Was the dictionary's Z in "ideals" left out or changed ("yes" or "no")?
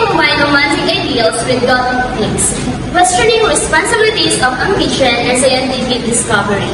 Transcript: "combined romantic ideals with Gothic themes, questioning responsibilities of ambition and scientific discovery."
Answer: yes